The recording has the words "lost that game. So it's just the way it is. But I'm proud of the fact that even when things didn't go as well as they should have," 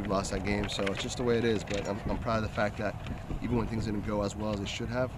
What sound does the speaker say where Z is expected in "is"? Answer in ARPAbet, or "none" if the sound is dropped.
Z